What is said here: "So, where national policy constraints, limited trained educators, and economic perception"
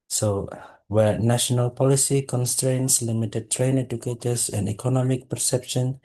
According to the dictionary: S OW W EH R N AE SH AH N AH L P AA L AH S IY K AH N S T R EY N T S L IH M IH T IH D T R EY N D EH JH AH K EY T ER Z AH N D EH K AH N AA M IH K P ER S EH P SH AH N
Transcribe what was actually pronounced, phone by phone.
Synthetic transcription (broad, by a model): S OW W EH R N AE SH AH N AH L P AA L AH S IY K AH N S T R EY N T S L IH M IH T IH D T R EY N EH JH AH K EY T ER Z AH N D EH K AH N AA M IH K P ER S EH P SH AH N